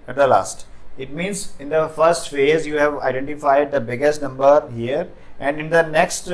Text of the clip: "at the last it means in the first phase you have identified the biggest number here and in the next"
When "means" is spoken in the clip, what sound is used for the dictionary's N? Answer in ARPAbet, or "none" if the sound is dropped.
N